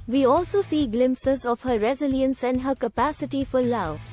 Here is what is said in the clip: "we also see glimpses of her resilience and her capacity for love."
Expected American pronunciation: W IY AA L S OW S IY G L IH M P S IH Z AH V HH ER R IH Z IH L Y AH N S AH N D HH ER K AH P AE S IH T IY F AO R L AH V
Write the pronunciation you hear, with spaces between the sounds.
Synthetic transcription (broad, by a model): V IY AA L S OW S IY G L IH M P S IH Z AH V HH ER R IH Z IH L Y AH N S AH N D HH ER K AH P AE S IH T IY F AO R L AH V